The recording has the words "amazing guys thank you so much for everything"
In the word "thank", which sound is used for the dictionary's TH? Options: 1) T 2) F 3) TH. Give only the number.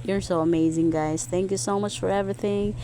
3